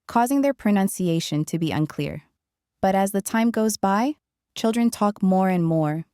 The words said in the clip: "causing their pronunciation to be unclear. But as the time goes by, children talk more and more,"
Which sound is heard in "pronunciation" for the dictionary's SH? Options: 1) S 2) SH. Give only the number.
2